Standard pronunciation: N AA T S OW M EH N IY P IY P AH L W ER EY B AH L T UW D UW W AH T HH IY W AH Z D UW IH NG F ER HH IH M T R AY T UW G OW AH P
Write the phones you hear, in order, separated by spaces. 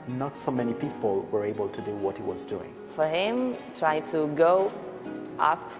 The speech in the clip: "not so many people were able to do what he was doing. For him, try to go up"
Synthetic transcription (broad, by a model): N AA T S OW M EH N IY P IY P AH L W ER EY B AH L T UW D UW W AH T HH IY W AH Z D UW IH NG F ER HH IH M T R AY T UW G OW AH P